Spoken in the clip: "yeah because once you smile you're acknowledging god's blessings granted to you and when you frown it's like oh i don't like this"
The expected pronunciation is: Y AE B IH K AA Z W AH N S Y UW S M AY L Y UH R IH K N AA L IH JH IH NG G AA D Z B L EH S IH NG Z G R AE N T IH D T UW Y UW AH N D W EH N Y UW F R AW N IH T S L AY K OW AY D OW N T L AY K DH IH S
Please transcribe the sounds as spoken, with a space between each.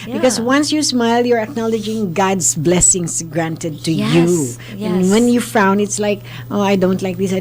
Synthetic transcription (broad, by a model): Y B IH K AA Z W AH N S Y UW S M AY L Y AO R IH K N AA L IH JH IH NG G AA D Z B L EH S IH NG S G R AE N T IH D T UW Y UW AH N W EH N Y UW F AW N IH T S L AY K OW AY D OW N T L AY K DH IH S